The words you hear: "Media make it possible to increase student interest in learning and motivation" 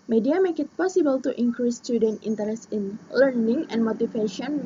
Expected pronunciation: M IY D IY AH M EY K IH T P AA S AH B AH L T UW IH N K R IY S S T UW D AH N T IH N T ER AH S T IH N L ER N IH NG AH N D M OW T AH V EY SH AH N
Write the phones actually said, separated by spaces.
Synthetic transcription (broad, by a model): M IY D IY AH M EY K IH T P AA S AH B AH L T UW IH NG K R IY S S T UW D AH N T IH N T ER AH S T IH N L ER N IH NG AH N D M OW T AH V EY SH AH N